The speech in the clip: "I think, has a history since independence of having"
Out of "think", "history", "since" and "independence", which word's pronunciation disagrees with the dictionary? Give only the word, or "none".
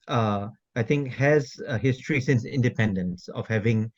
think